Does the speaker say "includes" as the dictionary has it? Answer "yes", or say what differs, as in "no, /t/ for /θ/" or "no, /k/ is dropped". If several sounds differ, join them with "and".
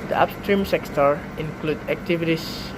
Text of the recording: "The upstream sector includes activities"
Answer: no, /z/ is dropped